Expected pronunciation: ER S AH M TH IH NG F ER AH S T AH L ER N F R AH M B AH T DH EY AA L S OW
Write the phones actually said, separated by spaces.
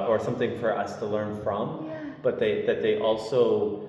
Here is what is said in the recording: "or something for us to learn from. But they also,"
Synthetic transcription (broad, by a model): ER S AH M TH IH NG F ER AH S T AH L ER N F R AH M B AH T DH EY AA L S OW